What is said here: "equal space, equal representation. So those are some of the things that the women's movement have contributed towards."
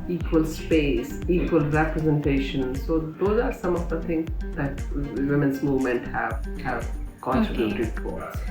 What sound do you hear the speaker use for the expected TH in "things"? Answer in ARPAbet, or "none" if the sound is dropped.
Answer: T